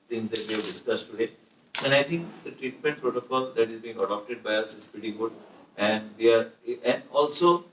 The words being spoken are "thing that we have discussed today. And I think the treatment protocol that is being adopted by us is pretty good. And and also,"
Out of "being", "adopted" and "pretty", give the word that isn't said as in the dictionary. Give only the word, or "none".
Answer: pretty